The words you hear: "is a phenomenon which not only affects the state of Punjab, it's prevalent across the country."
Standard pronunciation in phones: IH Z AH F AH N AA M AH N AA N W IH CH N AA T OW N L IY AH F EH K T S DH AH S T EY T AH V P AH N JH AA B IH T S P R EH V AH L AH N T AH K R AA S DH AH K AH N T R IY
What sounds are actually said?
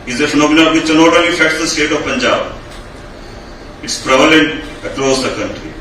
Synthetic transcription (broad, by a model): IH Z AH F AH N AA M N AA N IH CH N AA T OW L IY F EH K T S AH S T EY T AH V P AH N JH AA B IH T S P R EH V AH L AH N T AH K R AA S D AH K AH N T R IY